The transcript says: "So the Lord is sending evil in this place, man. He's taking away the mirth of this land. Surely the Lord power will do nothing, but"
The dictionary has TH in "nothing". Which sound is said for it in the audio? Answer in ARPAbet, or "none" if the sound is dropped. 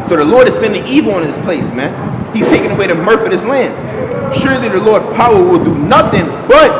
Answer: TH